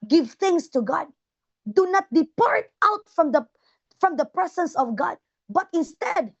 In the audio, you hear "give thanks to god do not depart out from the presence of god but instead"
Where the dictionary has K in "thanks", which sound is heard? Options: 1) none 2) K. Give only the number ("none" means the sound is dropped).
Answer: 1